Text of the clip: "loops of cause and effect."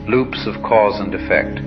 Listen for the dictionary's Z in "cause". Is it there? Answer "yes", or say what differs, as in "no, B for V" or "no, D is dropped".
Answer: yes